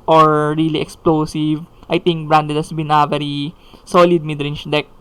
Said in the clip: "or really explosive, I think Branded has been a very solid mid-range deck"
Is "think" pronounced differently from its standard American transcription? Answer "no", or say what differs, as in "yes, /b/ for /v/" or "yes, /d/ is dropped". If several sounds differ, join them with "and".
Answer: yes, /t/ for /θ/